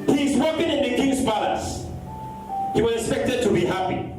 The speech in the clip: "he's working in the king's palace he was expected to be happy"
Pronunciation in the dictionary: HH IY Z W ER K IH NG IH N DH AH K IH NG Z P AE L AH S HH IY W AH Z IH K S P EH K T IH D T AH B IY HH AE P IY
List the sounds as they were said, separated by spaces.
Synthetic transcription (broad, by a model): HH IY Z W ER K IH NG IH N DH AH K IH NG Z B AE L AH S HH IY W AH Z IH K S P EH K T IH D T AH B IY HH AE P IY